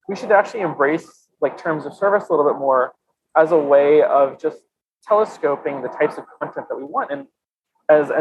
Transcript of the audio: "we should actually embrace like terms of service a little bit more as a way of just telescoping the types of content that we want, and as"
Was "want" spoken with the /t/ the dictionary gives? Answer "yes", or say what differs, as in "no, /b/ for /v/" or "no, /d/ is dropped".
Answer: yes